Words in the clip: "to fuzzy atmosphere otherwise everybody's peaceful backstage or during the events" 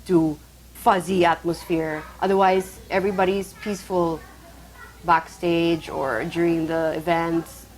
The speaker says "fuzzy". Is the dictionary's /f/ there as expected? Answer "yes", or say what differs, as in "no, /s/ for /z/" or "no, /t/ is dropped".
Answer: yes